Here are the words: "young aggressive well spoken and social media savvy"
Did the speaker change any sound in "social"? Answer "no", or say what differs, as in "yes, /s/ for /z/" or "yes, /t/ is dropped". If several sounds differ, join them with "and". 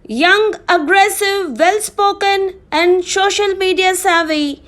no